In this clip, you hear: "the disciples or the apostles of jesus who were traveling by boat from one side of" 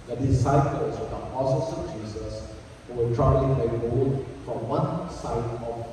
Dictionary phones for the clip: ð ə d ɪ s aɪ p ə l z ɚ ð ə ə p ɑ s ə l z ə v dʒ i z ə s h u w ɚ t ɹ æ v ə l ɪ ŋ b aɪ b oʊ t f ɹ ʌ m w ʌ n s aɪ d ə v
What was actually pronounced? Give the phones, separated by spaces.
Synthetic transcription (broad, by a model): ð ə d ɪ s aɪ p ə l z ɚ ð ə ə p ɑ s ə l s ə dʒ i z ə s h u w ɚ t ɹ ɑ ə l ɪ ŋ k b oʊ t f ɹ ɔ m w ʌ n s aɪ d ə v